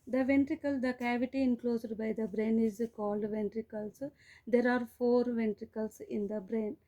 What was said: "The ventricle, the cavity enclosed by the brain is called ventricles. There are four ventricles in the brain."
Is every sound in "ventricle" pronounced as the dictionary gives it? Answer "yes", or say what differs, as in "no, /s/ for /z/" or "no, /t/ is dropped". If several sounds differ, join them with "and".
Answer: yes